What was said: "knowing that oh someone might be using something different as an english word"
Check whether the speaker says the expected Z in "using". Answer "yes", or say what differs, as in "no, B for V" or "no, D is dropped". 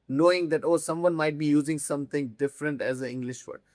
yes